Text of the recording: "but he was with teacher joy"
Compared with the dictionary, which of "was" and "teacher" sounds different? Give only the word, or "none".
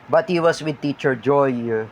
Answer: was